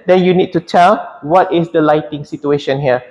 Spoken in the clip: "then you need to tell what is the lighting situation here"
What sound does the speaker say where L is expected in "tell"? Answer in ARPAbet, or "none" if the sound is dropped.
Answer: L